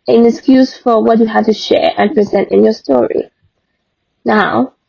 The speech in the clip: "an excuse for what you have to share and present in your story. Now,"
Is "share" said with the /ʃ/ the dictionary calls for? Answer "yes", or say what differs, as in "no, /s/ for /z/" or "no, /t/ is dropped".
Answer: yes